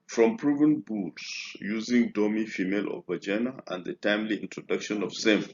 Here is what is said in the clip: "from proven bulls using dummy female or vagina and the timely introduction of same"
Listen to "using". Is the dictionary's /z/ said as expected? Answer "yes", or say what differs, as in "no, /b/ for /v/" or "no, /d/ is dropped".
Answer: yes